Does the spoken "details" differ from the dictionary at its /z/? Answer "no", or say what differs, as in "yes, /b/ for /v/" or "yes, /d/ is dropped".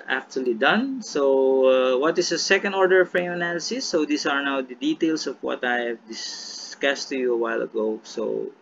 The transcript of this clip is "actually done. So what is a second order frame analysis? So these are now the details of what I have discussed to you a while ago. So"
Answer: yes, /s/ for /z/